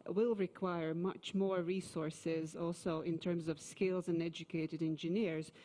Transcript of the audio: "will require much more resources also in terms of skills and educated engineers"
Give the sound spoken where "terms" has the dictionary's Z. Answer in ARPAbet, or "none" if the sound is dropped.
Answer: Z